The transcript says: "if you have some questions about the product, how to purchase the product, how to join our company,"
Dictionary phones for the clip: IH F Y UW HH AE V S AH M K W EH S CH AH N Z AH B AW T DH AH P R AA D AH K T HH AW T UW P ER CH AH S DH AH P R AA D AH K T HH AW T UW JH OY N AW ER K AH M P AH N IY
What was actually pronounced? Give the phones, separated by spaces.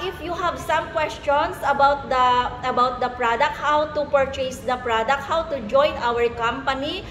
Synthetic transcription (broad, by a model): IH F Y UW HH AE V S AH M K W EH S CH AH N S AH B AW T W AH P R AA D AH K T HH AW T UW P ER CH AH S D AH P R AA D AH K T HH AW T UW JH OY N AW ER K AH M P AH N IY